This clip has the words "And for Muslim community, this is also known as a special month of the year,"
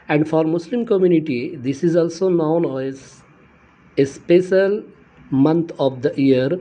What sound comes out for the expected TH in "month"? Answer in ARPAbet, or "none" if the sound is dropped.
T